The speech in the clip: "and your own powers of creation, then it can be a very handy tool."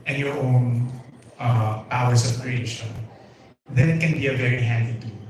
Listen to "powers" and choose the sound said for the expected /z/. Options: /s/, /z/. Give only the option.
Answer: /s/